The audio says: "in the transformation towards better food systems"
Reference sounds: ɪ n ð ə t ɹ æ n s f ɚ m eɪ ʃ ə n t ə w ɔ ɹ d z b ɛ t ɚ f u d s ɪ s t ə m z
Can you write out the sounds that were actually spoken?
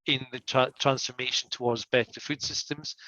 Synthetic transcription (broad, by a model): ɪ n ð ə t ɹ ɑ n s f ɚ m eɪ ʃ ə n t ə w ɔ ɹ d z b ɛ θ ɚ f u d s ɪ s t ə m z